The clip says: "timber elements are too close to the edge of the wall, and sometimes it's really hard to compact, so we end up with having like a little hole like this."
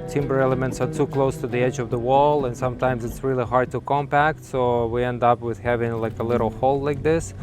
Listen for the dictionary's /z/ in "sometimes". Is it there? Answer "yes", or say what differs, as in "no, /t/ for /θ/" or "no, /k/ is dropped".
yes